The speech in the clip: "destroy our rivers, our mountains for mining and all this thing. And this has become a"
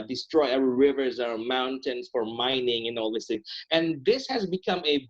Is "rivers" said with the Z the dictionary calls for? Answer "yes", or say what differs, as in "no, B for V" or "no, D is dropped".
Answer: yes